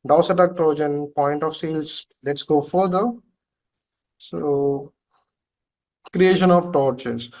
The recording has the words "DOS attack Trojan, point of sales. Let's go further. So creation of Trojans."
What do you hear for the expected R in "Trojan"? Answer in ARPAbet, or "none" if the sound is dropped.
R